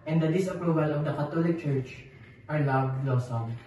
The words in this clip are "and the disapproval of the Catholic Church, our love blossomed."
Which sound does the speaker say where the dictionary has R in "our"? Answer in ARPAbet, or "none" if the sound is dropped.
R